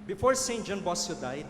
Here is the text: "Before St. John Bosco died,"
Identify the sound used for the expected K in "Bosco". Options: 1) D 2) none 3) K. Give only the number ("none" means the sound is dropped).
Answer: 2